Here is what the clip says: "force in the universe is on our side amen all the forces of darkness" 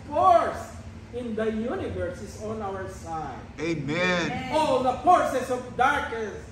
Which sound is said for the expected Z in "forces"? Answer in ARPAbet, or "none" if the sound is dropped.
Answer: S